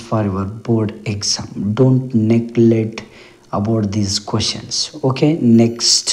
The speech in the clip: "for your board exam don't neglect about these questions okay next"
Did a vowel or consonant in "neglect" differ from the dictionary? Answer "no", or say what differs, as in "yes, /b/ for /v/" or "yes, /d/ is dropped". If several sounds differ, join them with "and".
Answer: yes, /k/ is dropped